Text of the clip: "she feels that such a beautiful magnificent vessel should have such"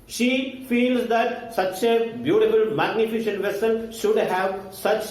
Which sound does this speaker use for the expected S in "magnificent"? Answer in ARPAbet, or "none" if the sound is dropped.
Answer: SH